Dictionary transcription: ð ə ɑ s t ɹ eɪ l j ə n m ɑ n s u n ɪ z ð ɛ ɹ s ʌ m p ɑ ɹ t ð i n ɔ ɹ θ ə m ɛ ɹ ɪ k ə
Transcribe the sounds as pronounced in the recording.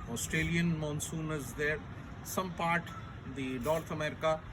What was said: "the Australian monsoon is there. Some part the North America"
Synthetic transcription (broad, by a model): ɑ s t ɹ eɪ l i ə n m ɑ n s u n ɪ z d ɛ ɹ s ʌ m p ɑ ɹ t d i n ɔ ɹ t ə m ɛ ɹ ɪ k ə